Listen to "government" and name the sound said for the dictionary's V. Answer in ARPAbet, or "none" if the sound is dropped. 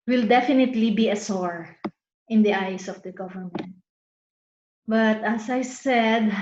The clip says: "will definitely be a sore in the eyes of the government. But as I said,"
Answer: V